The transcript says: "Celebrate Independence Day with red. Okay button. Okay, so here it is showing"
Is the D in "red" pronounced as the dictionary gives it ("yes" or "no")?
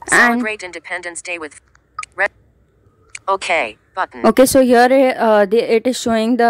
no